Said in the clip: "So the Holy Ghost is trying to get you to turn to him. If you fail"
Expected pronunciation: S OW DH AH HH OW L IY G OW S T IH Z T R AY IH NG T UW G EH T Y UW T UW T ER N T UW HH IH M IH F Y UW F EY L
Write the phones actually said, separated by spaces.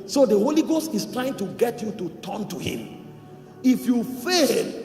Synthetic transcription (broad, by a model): S OW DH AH HH OW L IY G OW S T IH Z T R AY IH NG T UW G EH T Y UW T UW T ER N T UW HH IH M IH F Y UW F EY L